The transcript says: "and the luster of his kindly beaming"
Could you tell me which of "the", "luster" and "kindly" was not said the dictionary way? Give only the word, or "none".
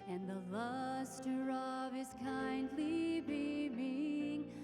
none